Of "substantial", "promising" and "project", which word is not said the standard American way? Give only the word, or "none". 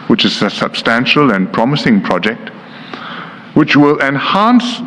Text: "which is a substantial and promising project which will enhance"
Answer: none